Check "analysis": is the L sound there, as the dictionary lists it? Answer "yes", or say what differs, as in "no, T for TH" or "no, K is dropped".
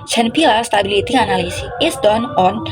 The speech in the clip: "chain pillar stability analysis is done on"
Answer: no, L is dropped